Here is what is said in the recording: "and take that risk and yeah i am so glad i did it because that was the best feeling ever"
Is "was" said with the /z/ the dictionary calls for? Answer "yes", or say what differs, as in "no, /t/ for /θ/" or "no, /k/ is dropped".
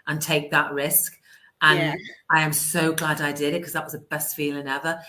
yes